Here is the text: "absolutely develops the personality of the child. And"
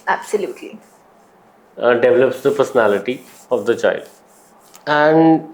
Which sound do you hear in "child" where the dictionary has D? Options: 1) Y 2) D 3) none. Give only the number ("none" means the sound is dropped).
2